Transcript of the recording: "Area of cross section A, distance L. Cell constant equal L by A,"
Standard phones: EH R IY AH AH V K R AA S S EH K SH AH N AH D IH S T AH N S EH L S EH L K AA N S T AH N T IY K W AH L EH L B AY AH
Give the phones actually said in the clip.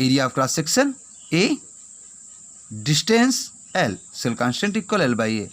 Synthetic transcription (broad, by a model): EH R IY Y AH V K L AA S S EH K S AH N AH D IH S T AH N S EH L S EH L K AA N S T AH N T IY K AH L EH L B AY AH